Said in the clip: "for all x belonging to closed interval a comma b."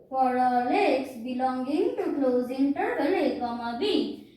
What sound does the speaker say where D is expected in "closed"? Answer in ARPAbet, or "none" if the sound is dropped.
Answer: none